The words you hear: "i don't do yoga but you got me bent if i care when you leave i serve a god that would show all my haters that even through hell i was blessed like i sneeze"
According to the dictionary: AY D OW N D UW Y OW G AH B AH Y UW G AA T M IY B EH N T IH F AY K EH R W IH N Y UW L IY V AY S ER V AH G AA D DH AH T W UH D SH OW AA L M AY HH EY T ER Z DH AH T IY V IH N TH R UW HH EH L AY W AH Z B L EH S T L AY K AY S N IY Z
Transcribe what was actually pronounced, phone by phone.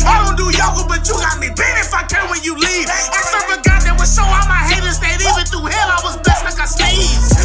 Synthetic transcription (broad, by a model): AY D OW N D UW Y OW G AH B AH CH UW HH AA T M IY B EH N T IH F AY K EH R W IH N Y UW L IY V AY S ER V AH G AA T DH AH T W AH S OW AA M AY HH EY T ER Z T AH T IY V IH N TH UW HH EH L AY W AH Z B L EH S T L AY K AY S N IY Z